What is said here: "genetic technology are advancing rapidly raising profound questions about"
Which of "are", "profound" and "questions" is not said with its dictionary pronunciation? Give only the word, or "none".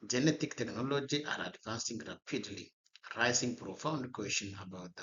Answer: questions